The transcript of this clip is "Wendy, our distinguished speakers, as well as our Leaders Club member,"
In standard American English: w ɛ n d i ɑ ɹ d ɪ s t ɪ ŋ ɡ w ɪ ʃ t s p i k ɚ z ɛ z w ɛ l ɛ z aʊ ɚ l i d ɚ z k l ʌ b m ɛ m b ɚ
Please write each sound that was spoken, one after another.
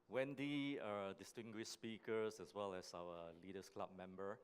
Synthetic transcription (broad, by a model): w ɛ n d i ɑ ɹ d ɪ s t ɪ ŋ ɡ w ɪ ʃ s p i k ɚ s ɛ s w ɛ l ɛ s aʊ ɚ l i d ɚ s k l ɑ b m ɛ m b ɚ